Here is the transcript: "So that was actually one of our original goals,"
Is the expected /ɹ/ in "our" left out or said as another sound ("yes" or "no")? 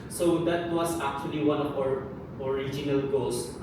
no